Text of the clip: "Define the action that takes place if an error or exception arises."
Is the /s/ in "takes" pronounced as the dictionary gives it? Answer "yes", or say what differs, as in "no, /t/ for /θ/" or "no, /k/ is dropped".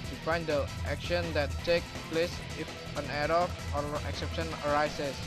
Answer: no, /s/ is dropped